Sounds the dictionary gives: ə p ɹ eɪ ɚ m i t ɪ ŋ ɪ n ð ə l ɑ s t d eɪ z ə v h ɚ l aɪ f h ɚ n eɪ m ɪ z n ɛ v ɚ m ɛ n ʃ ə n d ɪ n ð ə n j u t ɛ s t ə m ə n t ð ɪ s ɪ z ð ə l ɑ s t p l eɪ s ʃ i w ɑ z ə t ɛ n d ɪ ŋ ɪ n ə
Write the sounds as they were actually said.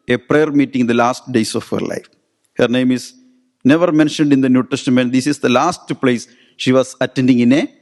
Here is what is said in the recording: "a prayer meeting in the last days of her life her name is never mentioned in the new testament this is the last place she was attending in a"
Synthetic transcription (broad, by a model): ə p ɹ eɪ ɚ m i t ɪ ŋ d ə l ɑ s t d eɪ s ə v h ɚ l aɪ f h ɚ n eɪ m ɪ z n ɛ v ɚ m ɛ n ʃ ə n d ɪ n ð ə n j u t ɛ s t ə m ə n t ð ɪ s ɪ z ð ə l ɑ s t p l eɪ s ʃ i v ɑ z ə t ɛ n d ɪ ŋ ɪ n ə